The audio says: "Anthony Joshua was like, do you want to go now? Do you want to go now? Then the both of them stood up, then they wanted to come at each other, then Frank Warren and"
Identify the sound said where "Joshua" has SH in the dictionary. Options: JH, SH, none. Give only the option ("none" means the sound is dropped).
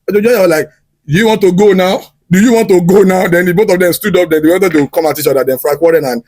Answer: none